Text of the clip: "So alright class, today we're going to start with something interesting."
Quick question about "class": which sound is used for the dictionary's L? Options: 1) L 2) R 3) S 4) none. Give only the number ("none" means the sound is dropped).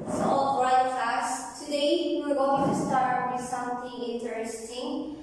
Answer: 4